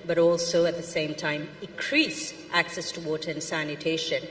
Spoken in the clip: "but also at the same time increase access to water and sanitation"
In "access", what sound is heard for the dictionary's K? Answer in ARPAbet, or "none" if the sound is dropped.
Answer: K